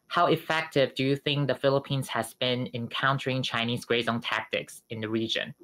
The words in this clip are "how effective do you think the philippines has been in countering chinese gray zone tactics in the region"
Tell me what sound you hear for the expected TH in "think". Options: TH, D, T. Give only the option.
TH